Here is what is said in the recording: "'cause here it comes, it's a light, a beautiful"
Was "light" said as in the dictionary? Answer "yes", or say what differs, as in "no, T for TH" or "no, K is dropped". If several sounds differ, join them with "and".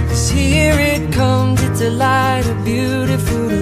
yes